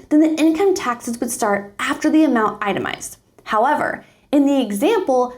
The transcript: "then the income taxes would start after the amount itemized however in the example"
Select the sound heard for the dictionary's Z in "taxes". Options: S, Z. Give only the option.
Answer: Z